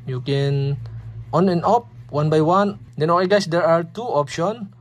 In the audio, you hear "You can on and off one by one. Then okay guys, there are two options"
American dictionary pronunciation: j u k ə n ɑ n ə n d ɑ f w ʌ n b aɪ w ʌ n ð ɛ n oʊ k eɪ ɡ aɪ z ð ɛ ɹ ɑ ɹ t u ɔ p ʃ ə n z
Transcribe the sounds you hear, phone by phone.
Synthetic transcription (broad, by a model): j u k ə n ɑ n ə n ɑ p w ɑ n b aɪ w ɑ n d ɛ n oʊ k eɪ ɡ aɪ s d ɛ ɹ ɑ ɹ t u ɔ p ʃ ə n